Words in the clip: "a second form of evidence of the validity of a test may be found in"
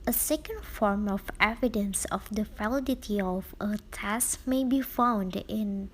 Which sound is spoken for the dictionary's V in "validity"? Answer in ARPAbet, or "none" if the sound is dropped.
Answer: F